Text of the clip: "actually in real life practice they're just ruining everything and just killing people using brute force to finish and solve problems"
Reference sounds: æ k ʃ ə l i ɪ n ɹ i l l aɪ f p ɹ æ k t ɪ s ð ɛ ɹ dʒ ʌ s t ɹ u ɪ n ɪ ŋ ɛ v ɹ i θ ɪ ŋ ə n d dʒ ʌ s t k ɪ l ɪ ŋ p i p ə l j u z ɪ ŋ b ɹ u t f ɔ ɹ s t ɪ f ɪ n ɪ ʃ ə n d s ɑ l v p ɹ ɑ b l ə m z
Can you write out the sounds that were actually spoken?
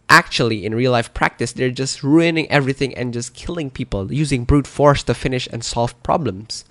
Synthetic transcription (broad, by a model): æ k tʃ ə l i ɪ n ɹ i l l aɪ f p ɹ æ k t ɪ s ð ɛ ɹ dʒ ʌ s t ɹ u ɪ n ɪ ŋ ɛ v ɹ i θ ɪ ŋ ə n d dʒ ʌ s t k ɪ l ɪ ŋ p i p ə l j u z ɪ ŋ b ɹ u t f ɔ ɹ s t ɪ f ɪ n ɪ ʃ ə n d s ɑ l v p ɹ ɑ b l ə m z